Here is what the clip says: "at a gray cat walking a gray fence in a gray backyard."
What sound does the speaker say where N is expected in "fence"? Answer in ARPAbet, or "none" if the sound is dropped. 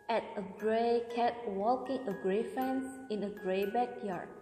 N